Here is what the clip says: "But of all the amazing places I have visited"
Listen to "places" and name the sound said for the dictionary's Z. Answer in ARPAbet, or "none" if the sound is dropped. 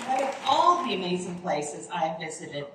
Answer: Z